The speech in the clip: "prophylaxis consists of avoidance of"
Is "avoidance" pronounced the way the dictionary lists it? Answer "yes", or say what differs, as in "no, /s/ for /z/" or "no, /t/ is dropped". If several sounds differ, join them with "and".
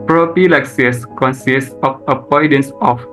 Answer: no, /p/ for /v/